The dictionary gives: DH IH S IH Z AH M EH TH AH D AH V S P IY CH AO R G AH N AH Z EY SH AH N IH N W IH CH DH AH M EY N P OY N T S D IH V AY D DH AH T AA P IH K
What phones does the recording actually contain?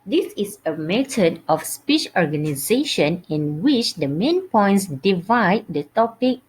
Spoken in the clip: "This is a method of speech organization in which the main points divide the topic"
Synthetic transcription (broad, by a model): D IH S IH S AH M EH T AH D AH F S P IY CH AO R G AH N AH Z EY SH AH N IH N W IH CH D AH M EY N P OY N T S D IH V AY D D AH T AA P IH K